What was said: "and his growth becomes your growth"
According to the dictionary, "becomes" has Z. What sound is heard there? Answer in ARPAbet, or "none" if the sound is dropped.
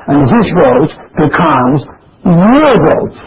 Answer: Z